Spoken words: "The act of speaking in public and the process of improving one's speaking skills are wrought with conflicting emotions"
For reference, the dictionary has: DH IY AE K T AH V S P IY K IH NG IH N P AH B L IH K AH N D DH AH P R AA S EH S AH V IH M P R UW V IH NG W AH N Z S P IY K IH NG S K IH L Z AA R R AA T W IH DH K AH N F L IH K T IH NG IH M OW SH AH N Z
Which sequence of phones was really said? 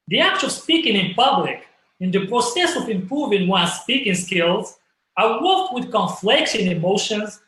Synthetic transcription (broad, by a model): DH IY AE K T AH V S P IY K IH NG IH N P AH B L IH K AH N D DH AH P R AA S EH S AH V IH M P R UW V IH NG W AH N S P IY K IH NG S K IH L Z AA R W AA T W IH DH K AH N F L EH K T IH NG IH M OW SH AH N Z